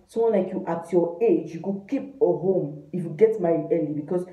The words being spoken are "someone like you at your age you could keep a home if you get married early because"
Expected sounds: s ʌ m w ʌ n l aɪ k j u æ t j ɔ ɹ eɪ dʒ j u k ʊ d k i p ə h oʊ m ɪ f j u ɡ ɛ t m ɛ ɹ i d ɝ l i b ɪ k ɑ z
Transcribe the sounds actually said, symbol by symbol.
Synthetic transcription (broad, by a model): s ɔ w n l aɪ k j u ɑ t j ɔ eɪ dʒ j u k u k i p ə h oʊ m ɪ f j u ɡ ɛ t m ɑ i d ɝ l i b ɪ k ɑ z